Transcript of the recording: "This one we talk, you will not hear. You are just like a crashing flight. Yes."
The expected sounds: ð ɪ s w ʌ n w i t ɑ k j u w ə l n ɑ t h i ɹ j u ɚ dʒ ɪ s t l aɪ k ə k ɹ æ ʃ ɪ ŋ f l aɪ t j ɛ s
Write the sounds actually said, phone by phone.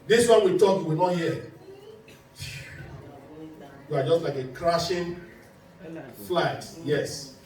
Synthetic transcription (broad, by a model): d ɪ s w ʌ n w i t ɑ k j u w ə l n ɑ t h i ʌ j u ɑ dʒ ɪ s t l aɪ k ə k ɹ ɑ ʃ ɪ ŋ f l aɪ t j ɛ s